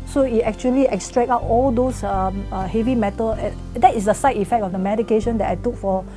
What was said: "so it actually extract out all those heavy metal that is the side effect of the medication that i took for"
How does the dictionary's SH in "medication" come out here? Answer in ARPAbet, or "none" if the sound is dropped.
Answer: SH